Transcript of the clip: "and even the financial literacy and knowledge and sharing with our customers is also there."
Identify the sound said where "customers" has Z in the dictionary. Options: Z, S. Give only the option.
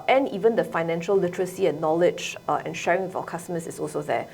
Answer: S